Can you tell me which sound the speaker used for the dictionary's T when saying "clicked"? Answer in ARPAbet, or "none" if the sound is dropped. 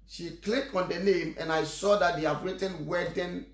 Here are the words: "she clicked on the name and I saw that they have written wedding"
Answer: none